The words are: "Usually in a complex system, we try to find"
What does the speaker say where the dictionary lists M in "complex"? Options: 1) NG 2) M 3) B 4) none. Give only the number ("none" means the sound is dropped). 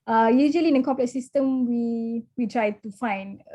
4